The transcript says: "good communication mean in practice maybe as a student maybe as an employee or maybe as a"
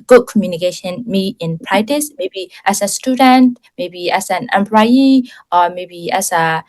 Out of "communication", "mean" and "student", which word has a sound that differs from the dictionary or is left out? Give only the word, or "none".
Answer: mean